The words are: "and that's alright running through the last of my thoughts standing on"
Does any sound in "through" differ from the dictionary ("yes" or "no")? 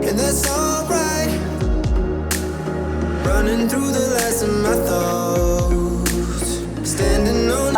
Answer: no